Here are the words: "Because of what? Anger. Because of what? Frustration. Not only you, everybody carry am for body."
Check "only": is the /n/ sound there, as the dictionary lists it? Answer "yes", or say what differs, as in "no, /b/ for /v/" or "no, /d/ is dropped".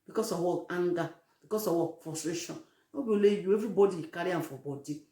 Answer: no, /n/ is dropped